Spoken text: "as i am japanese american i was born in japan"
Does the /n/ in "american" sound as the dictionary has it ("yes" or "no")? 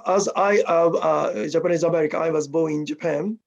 no